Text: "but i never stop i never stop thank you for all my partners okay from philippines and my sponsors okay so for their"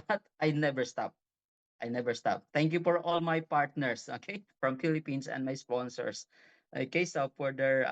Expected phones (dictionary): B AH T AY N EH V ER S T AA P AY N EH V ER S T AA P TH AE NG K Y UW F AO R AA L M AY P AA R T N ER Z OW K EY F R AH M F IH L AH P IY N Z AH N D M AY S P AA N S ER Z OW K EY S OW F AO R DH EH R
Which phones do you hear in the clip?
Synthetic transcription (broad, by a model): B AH T AY N EH V ER S T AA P AY N EH V ER S T AA P T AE NG K Y UW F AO R AA L M AY P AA R T N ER S OW K EY F R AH M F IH L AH P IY N S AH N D M AY S P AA N S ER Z OW K EY S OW F AO R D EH R